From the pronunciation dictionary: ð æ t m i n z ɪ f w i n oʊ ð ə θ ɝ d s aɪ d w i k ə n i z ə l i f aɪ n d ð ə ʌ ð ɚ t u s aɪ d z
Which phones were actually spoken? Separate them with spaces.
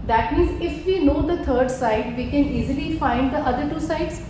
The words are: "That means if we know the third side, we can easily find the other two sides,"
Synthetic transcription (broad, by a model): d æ t m i n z ɪ f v i n oʊ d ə t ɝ d s aɪ d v i k ə n i z ə l i f aɪ n d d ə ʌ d ɚ t u s aɪ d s